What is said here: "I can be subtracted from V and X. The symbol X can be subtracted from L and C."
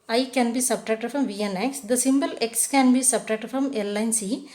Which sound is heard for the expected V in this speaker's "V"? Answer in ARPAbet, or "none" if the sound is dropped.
V